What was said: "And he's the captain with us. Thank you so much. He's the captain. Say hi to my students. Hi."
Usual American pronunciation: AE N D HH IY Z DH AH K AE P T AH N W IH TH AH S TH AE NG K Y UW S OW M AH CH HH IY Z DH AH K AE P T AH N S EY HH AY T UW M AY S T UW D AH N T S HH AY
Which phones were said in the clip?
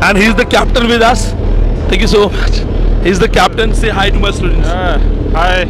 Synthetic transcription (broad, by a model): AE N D HH IY Z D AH K AE P T AH N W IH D AH S T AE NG K Y UW S OW M AH CH HH IY Z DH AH K AE P T AH N S EY HH AY T UW M AY S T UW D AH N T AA HH AY